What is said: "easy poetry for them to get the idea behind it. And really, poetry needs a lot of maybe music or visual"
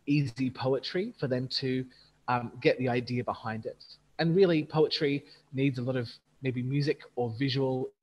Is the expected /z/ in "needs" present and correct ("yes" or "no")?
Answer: yes